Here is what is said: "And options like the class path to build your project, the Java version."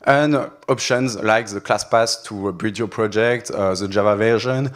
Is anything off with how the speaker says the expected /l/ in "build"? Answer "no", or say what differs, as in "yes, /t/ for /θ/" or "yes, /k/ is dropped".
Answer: yes, /l/ is dropped